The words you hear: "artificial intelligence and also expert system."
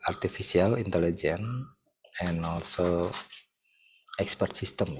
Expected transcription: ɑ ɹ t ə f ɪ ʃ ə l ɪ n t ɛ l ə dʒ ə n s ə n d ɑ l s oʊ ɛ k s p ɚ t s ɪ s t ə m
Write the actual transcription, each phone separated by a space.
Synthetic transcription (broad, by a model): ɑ ɹ t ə f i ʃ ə l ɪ n t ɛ l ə dʒ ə n ə n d ɑ l s oʊ ɛ k s p ɚ t s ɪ s t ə m